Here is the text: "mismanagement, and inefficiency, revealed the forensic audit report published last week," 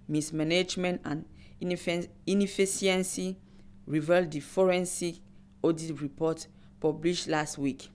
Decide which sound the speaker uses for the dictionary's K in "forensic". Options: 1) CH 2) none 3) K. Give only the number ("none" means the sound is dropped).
2